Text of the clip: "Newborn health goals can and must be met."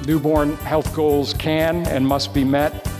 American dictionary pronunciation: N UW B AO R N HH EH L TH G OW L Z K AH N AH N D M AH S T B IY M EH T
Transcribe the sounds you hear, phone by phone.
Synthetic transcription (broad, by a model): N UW B AO R N HH EH L TH G OW L Z K AH N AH N M AH S T B IY M EH T